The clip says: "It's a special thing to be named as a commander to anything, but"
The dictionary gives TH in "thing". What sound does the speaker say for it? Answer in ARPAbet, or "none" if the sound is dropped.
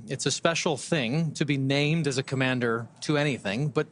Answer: TH